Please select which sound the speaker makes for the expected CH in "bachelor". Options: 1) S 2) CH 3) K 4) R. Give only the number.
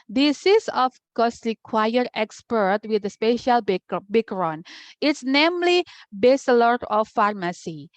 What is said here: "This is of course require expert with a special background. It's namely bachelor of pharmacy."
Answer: 1